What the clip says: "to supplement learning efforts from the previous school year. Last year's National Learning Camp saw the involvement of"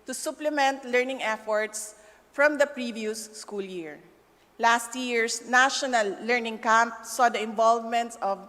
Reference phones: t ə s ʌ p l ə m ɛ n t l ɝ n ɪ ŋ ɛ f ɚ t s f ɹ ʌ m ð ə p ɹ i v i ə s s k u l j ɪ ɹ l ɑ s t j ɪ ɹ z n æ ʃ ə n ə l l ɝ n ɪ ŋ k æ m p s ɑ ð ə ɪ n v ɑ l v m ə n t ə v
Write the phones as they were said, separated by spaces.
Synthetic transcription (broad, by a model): t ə s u p l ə m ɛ n t l ɝ n ɪ ŋ ɛ f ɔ t s f ɹ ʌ m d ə p ɹ i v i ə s s k u l j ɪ ɹ l ɑ s t j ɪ ɹ s n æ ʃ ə n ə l l ɝ n ɪ ŋ k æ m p s ɑ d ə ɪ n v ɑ l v m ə n t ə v